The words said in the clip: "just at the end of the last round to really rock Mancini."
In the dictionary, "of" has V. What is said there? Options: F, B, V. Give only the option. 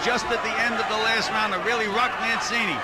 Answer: V